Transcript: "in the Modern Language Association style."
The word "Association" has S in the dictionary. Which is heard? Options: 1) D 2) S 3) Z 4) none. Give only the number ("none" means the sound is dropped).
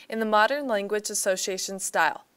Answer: 2